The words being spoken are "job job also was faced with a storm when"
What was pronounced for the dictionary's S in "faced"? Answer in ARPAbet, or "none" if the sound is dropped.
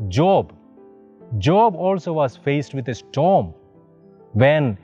S